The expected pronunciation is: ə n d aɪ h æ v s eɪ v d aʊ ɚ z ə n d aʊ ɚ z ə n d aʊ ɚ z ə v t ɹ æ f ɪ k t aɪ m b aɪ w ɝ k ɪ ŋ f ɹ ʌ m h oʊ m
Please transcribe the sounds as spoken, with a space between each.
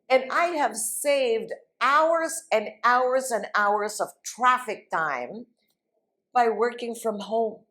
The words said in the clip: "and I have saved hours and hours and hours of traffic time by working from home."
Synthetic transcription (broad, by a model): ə n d aɪ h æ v s eɪ v d aʊ ɚ z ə n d aʊ ɚ z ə n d aʊ ɚ z ə v t ɹ æ f ɪ k t aɪ m b aɪ w ɝ k ɪ ŋ f ɹ ʌ m h oʊ m